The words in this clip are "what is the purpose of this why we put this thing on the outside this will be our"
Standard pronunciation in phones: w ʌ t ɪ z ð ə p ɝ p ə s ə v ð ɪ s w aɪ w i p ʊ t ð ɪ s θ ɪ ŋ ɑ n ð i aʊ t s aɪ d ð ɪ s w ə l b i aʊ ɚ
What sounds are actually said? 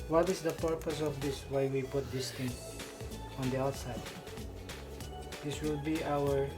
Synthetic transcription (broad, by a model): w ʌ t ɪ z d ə p ɝ p ə s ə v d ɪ s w aɪ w i p ʊ t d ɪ s t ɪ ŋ ɑ n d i aʊ t s aɪ d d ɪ s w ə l b i aʊ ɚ